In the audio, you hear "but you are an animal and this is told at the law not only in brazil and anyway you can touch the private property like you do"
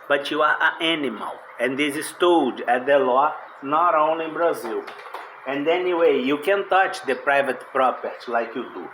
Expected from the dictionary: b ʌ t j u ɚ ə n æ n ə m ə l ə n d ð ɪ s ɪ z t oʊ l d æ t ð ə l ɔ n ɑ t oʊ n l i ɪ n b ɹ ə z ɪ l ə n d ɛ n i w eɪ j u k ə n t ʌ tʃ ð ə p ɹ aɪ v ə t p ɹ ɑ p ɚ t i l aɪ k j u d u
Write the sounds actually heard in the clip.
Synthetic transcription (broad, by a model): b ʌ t j u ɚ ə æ n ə m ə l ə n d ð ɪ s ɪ s t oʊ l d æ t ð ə l ɔ n ɑ t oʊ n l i ɪ n b ɹ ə z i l ə n d ɛ n i w eɪ j u k ə n t ʌ tʃ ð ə p ɹ aɪ v ə t p ɹ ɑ p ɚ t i l aɪ k j u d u